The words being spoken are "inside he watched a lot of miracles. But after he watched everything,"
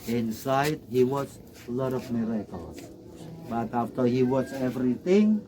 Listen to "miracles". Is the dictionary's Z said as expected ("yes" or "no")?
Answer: no